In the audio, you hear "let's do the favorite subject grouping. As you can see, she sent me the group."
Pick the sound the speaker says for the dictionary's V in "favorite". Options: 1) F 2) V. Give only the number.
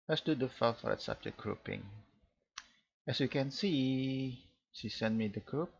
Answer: 1